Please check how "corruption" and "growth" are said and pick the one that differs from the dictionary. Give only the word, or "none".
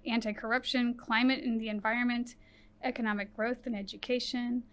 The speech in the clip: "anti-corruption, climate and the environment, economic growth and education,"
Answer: none